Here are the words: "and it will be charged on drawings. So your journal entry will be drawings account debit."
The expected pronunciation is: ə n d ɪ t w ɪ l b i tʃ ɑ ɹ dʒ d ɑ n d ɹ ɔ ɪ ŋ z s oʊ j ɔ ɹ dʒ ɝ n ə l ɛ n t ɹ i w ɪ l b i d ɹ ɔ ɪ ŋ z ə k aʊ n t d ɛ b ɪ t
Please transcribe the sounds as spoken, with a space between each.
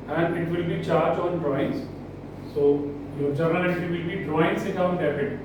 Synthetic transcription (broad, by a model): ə n d ɪ t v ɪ l b i tʃ ɑ ɹ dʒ ɑ n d ɹ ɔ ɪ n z s oʊ j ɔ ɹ dʒ ɝ n ə l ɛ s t i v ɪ l b i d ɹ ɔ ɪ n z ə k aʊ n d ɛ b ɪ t